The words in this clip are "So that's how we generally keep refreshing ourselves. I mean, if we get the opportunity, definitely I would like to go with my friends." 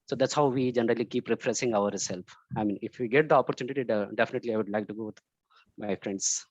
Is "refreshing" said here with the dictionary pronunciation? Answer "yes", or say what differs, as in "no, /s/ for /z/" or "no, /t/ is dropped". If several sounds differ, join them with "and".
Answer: no, /s/ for /ʃ/